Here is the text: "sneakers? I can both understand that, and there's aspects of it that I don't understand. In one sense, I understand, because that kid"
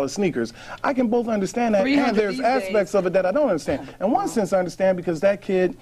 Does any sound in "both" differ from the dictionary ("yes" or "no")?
no